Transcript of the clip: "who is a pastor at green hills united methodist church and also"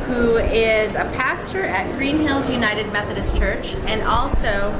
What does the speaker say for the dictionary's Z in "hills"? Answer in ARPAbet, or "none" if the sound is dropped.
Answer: Z